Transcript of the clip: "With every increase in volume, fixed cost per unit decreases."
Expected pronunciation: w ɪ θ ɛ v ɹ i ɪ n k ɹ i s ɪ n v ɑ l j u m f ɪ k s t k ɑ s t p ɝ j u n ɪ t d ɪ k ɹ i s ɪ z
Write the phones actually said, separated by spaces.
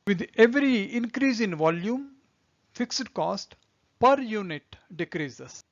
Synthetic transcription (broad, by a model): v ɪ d ɛ v ɹ i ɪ n k ɹ i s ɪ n v ɑ l j u m f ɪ k s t k ɑ s t p ɝ j u n ɪ t d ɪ k ɹ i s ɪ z